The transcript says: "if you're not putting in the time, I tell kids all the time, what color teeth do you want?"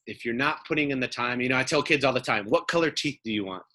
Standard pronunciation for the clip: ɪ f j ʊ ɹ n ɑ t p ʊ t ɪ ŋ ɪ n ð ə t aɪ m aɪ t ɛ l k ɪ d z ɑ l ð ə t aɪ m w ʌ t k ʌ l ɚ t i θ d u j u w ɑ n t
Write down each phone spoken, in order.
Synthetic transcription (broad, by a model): ɪ f j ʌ ɹ n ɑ t p ʊ t ɪ ŋ ɪ n ð ə t aɪ m aɪ t ɛ l k ɪ d z ɑ l ð ə t aɪ m w ʌ t k ʌ l ɚ t i θ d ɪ j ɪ w ɑ n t